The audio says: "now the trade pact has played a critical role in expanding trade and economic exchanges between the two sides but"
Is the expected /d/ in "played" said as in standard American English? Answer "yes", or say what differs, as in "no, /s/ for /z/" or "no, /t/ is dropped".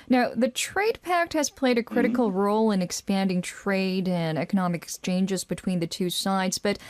yes